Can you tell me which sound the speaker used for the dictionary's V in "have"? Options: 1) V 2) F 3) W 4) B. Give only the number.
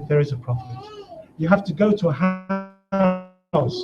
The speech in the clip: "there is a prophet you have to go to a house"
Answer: 2